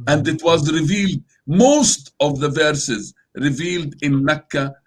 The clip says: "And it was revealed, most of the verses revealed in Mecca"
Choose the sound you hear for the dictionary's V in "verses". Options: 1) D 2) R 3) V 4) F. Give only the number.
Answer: 3